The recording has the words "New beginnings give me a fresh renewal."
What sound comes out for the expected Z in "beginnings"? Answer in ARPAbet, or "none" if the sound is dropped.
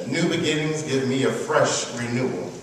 Z